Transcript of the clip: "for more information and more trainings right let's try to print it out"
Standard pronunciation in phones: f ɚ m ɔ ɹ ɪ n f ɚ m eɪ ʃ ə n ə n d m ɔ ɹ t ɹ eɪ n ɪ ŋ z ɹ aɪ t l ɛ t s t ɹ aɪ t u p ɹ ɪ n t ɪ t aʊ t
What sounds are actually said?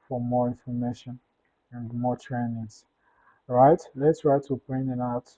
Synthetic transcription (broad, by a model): f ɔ m ɔ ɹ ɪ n f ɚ m eɪ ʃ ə n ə n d m ɔ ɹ t ɹ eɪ n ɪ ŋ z ɹ aɪ t l ɛ t s t ɹ aɪ t u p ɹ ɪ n ɪ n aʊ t